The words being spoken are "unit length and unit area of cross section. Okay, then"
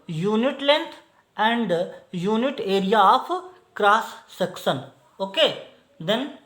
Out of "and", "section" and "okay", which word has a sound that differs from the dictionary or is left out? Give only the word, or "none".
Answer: section